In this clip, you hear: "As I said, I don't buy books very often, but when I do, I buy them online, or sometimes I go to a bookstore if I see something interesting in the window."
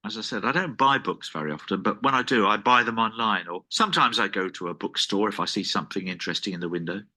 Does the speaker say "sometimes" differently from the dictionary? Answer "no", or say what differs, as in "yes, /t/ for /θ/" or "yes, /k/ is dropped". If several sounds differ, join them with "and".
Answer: no